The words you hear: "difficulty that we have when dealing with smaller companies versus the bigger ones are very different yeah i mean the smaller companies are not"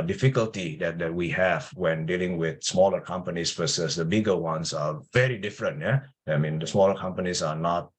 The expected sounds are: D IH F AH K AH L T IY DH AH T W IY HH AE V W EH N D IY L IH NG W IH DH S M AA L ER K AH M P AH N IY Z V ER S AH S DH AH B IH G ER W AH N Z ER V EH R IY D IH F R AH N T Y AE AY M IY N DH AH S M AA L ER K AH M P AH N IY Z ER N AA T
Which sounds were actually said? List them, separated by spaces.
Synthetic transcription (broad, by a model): D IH F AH K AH L T IY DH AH T W IY HH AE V W EH N D IY L IH NG W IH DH S M AA L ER K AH M P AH N IY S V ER S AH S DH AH B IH G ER W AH N S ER V EH R IY D IH F R AH N T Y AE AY M IY N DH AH S M AA L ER K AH M P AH N IY S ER N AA T